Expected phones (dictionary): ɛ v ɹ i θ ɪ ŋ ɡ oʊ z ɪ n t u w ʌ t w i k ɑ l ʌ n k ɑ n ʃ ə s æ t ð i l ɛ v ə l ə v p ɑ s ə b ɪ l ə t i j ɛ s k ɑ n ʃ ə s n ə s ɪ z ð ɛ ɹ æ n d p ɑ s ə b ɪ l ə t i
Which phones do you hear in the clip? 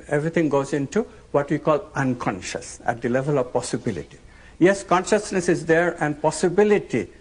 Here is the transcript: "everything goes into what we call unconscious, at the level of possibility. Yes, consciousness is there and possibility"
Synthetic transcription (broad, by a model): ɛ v ɹ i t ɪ ŋ ɡ oʊ z ɪ n t u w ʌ t w i k ɑ l ʌ n k ɑ n ʃ ə s æ t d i l ɛ v ə l ə v p ɑ s ə b ɪ l ə t i j ɛ s k ɑ n ʃ ə s n ə s ɪ z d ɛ ɹ æ n d p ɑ s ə b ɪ l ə t i